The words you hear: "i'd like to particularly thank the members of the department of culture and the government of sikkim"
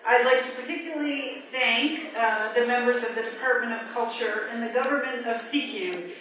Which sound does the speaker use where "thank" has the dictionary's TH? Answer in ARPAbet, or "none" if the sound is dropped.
TH